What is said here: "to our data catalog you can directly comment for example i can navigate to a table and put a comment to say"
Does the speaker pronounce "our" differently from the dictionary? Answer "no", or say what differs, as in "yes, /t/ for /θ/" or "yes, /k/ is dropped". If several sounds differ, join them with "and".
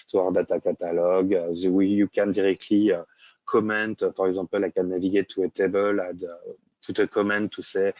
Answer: no